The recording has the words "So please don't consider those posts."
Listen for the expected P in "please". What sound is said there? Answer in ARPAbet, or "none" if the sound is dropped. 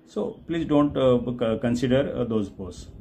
P